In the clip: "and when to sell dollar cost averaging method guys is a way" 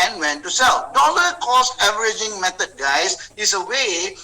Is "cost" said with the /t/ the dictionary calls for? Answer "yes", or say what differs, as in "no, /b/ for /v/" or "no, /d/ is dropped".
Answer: no, /t/ is dropped